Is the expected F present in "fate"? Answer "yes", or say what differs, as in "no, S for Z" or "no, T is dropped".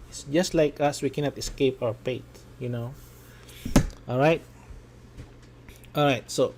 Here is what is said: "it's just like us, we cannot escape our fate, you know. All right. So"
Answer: no, P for F